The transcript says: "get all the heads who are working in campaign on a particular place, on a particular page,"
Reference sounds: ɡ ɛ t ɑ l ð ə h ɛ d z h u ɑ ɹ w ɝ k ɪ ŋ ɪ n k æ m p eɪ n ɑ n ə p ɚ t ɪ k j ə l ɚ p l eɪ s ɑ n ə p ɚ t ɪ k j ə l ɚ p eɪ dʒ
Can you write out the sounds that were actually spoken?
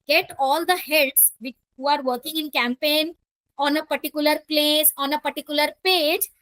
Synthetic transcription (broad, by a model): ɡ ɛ t ɑ l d ə h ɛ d s h u ɑ ɹ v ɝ k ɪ ŋ ɪ n k æ m p eɪ n ɑ n ə p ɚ t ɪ k j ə l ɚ p l eɪ s ɑ n ə p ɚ t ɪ k j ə l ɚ p eɪ dʒ